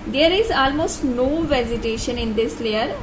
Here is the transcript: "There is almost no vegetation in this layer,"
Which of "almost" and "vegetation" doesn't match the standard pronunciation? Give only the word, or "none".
vegetation